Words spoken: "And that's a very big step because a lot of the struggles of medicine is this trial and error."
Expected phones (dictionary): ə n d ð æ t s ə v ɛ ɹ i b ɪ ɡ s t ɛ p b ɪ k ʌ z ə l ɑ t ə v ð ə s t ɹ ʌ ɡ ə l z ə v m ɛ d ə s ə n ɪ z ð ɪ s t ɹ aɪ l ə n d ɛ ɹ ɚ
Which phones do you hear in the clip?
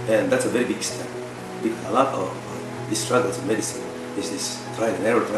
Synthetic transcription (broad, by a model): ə n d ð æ t s ə v ɛ ɹ i b ɪ ɡ s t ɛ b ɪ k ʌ ə l ɑ t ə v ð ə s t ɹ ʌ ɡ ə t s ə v m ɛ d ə s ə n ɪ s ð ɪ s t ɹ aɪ n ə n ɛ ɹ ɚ